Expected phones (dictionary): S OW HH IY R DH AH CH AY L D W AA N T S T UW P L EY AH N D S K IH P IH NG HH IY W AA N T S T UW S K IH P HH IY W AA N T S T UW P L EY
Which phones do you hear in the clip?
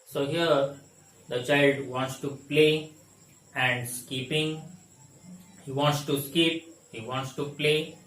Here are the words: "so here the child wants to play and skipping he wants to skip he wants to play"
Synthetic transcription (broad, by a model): S OW HH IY R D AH CH AY L D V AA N T S T UW P L EY AH N D S K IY P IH NG HH IY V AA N T S T UW S K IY P HH IY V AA N T S T UW P L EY